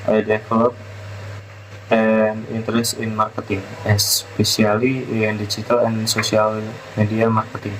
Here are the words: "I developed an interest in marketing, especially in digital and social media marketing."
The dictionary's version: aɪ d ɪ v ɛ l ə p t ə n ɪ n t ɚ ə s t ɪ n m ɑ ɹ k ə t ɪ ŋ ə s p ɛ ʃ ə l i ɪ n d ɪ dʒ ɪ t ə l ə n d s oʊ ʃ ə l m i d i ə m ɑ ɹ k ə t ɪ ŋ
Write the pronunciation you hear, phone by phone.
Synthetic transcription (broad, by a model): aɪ d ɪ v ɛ l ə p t ə n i n t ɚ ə s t ɪ n m ɑ ɹ k ə t ɪ ŋ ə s p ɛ s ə l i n d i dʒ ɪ t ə l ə n s oʊ s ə l m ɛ d i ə m ɑ ɹ k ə t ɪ ŋ